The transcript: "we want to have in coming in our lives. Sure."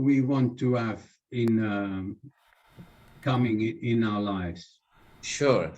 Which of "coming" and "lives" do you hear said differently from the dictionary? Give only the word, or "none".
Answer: none